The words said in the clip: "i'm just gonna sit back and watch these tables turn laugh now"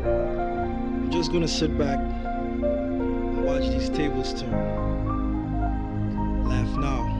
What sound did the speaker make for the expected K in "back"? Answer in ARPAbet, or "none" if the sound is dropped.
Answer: K